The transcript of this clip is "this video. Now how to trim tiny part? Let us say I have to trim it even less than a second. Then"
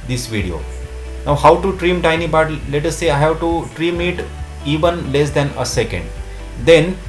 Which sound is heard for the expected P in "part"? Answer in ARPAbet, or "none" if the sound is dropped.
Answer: B